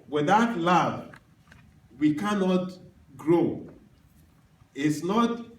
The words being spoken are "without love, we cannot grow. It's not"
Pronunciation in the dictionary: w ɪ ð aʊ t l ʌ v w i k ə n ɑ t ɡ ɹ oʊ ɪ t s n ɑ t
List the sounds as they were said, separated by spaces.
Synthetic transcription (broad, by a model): w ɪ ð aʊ t l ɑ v w i k ə n ɑ t ɡ ɹ oʊ ɪ t s n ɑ t